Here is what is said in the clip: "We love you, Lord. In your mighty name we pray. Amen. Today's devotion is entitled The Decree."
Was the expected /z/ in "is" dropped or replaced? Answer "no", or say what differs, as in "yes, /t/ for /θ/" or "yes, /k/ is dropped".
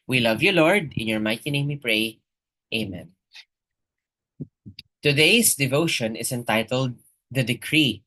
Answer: yes, /s/ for /z/